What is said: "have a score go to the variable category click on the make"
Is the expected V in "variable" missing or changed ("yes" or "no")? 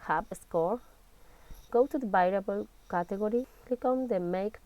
yes